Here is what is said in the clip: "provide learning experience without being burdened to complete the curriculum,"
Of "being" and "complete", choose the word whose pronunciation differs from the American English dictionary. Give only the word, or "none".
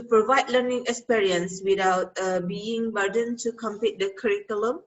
complete